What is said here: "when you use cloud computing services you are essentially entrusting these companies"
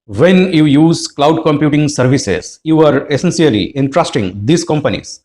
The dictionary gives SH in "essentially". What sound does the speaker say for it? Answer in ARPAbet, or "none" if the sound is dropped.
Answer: S